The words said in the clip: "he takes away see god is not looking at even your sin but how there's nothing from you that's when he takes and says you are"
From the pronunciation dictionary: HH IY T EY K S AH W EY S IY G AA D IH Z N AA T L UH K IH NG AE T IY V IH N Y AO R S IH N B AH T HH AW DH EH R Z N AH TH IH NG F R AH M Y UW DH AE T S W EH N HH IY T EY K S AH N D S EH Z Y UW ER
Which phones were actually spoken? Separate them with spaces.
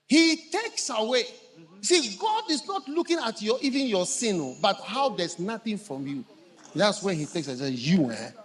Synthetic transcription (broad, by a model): HH IY T EY K S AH W EY S IY G AA D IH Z N AA T L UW K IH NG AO T IY V IH N Y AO S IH N B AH T HH AW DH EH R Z N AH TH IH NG F R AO M Y UW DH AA T S W EH N HH IY T EY K S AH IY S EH Y UW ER